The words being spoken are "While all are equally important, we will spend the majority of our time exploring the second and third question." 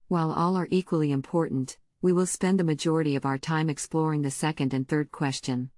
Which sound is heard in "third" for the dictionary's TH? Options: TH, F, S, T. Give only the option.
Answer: TH